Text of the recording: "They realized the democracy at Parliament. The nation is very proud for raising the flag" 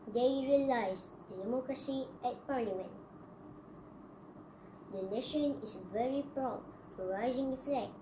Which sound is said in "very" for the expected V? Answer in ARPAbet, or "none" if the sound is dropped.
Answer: V